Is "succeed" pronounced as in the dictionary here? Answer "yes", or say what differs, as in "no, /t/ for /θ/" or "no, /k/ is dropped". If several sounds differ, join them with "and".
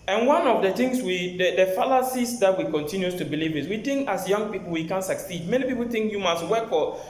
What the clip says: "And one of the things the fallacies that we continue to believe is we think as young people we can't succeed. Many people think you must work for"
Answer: yes